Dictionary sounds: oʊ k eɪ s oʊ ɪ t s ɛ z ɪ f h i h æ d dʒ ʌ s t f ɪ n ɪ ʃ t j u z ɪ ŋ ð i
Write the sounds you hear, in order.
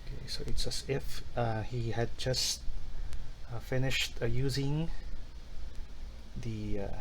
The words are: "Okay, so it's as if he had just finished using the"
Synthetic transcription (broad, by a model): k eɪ s oʊ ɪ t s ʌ s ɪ f h i h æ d dʒ ʌ s t f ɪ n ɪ ʃ t j u z ɪ ŋ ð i